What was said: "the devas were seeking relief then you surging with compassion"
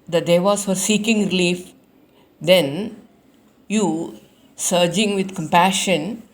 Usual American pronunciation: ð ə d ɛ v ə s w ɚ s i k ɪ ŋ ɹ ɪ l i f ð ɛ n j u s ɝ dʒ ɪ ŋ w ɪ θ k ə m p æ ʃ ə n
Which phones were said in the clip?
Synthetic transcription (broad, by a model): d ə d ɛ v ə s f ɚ s i k ɪ ŋ ɹ ɪ l i f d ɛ n j u s ɝ dʒ ɪ ŋ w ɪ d k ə m p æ ʃ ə n